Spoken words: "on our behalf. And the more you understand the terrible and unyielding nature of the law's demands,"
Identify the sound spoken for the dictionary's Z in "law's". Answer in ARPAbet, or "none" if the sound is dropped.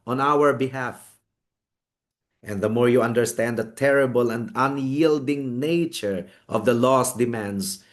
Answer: S